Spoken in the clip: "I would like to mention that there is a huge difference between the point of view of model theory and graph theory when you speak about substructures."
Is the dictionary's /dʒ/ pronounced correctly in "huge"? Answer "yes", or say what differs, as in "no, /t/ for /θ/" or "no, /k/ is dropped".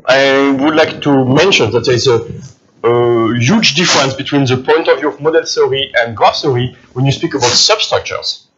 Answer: yes